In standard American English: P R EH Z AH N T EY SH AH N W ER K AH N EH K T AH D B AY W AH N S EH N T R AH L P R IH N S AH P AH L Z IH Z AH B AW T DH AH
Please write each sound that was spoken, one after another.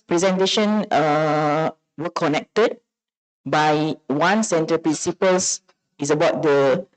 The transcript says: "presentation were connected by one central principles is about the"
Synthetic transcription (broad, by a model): P R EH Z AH N T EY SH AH N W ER K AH N EH K T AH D B AY W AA N S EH N T AH P R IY N S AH P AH L S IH S AH B AW T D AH